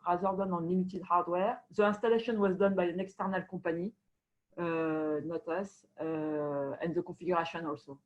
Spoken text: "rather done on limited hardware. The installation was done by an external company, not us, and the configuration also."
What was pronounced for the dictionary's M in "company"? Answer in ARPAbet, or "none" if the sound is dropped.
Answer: none